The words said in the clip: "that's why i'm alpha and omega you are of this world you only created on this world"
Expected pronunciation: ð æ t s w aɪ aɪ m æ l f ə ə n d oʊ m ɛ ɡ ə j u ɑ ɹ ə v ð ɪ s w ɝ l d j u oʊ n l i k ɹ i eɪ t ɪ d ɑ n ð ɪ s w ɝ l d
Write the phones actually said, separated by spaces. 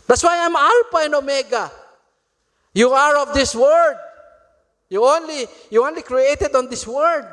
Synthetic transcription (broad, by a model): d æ t s w aɪ aɪ m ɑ l p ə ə n oʊ m ɛ ɡ ə j u ɑ ɹ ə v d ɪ s w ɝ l d j u oʊ n l i k ɹ i eɪ t ɪ d ɑ n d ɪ s w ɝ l d